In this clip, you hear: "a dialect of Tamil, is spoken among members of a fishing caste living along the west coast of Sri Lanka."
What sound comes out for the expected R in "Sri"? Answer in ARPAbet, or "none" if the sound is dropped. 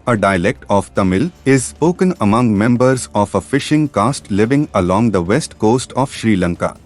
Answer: R